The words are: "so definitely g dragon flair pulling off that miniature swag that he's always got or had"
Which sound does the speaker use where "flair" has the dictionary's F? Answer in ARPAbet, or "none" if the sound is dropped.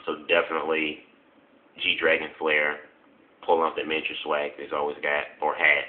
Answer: F